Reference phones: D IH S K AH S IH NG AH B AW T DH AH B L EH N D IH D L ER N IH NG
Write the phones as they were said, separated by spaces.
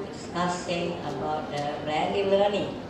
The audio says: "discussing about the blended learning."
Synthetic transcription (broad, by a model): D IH S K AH S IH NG AH B AW T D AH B EH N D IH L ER N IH NG